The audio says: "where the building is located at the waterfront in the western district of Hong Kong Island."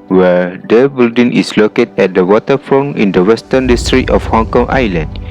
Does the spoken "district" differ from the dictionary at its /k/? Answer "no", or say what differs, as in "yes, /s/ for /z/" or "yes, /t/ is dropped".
yes, /k/ is dropped